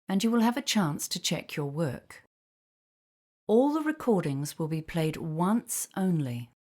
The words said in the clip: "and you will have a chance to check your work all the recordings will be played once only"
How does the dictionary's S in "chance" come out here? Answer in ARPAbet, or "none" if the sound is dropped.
S